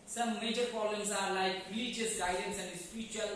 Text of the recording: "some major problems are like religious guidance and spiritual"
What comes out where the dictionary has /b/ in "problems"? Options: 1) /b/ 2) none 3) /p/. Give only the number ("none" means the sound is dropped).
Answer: 2